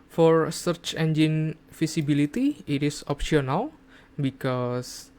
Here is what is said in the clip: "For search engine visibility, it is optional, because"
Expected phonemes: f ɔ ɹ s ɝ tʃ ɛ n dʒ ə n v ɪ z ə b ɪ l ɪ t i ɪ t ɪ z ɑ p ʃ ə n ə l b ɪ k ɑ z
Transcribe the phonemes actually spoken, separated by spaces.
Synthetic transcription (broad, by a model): f ɔ ɹ s ɝ tʃ ɛ n dʒ ə n f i s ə b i l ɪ t i ɪ t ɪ s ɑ p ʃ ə n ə l b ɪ k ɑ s